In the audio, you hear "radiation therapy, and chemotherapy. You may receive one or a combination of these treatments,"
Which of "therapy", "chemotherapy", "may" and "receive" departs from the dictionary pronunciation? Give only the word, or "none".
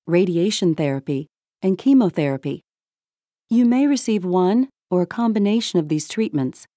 none